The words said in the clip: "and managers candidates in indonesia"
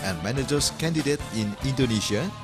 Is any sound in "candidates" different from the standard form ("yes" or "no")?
yes